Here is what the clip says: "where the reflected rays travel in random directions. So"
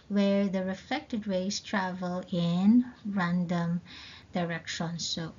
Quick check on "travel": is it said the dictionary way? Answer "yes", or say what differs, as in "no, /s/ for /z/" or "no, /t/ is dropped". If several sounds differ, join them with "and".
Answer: yes